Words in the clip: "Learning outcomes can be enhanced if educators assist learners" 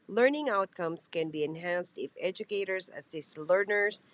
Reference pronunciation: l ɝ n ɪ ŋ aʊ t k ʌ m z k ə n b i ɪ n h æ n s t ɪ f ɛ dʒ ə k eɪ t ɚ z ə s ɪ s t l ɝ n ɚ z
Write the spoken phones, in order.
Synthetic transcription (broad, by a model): l ɝ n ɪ ŋ aʊ t k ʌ m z k ə n b i ɪ n h æ n s t ɪ f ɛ dʒ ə k eɪ t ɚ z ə s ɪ s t l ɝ n ɚ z